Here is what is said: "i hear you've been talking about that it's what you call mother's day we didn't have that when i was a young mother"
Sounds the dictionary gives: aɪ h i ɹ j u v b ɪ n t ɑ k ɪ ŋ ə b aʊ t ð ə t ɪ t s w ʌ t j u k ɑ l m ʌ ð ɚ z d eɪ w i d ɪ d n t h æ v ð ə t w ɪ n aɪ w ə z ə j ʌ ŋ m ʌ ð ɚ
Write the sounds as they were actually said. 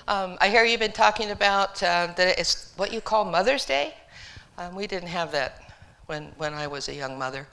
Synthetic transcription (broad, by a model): aɪ h i ɹ j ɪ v b ɪ n t ɑ k ɪ ŋ ə b aʊ t ð ə t ɪ t s w ʌ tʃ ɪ k ɑ l m ʌ ð ɚ z d eɪ w i d ɪ d n t h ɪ v ð ə t w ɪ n aɪ w ə z ə j ʌ ŋ m ʌ ð ɚ